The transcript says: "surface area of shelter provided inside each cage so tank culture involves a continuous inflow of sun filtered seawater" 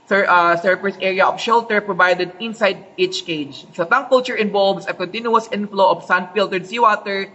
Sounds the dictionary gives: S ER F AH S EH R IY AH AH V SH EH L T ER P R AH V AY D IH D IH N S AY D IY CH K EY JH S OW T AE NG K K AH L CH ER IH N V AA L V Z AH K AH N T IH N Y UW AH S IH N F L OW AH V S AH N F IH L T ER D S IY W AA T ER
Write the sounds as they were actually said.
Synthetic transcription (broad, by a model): S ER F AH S EH R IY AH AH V SH EH L T ER P R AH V AY D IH D IH N S AY D IY CH K EY JH SH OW T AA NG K K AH L CH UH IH N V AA L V S AH K AH N T IH N Y UW AH S IH N F L OW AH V S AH N F IH L T ER D S IY W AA T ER